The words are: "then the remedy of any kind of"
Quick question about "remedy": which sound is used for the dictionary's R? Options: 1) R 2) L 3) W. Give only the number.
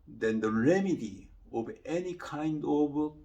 1